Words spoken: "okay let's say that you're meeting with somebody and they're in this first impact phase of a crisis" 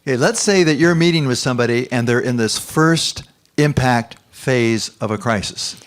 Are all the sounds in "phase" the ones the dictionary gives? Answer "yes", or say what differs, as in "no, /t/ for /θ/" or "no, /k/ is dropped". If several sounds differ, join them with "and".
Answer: yes